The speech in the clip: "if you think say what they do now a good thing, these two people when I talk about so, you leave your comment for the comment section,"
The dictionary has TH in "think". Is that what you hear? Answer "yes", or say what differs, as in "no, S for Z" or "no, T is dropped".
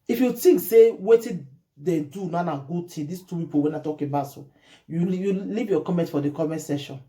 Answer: no, T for TH